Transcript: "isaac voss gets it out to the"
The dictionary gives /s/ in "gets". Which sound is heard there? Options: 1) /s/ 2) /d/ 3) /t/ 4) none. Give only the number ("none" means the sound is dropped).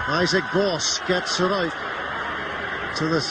1